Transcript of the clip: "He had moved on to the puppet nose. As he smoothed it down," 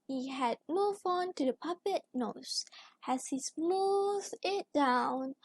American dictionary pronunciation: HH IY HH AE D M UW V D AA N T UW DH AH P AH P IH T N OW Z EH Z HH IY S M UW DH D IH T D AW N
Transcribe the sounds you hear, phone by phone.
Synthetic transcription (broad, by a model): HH IY HH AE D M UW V AA N T UW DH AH P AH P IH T N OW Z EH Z HH IY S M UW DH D IH T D AW N